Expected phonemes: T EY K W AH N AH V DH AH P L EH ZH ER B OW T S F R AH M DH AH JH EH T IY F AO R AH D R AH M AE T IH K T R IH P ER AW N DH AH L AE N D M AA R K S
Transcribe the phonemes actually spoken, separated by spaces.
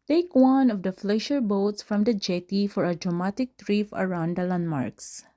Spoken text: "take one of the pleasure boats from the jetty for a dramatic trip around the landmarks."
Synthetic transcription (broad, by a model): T EY K W AH N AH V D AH F L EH SH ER B OW T S F R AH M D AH JH EH T IY F AO R AH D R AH M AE T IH K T R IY F ER AW N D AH L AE N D M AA R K S